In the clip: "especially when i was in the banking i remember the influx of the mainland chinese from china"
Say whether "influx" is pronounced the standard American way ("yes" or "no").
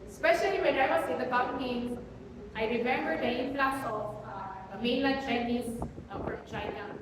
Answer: no